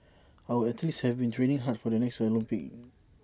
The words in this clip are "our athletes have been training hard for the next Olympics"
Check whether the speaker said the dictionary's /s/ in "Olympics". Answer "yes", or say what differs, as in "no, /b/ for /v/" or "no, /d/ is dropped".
no, /s/ is dropped